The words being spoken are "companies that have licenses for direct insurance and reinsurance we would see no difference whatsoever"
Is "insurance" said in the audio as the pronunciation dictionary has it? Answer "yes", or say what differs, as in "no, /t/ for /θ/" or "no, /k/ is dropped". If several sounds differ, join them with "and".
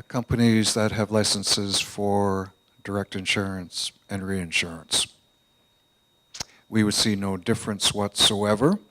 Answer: yes